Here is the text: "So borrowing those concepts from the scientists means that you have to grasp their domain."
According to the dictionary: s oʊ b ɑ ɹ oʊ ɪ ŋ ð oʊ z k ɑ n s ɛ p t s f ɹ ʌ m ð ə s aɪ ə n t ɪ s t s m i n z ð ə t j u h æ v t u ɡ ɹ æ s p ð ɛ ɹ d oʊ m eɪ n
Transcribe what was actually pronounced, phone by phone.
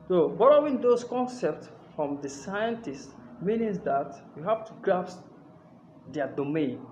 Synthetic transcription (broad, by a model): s oʊ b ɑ l oʊ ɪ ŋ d oʊ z k ɑ n s ɛ p t s f ɹ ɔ m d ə s aɪ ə n t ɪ s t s m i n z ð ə t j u h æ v t u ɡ ɹ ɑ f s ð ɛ d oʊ m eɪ n